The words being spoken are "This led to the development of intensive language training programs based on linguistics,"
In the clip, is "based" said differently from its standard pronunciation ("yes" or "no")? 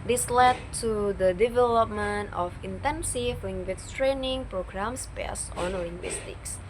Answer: yes